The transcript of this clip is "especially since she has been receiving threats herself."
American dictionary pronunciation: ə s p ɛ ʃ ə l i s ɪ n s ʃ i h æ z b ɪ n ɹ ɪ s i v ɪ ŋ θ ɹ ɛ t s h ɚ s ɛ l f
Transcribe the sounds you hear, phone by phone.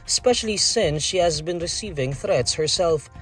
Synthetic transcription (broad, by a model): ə s p ɛ ʃ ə l i s ɪ n s ʃ i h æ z b ɪ n ɹ ɪ s i v ɪ ŋ θ ɹ ɛ t s h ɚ s ɛ l f